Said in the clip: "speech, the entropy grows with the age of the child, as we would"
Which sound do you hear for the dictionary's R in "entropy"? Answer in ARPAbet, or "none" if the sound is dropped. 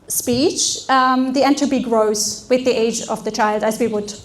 none